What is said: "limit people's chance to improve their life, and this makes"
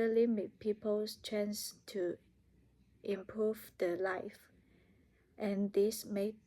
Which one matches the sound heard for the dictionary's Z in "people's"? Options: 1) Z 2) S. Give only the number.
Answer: 2